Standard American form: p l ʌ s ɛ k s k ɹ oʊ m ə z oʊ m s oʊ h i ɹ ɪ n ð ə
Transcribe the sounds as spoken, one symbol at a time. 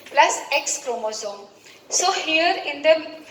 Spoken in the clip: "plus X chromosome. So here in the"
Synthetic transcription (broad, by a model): p l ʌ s ɛ k s k ɹ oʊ m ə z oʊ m s oʊ h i ɹ ɪ n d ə